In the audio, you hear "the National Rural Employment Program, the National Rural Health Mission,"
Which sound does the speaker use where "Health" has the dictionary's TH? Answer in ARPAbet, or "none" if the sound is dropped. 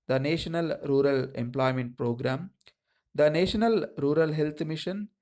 T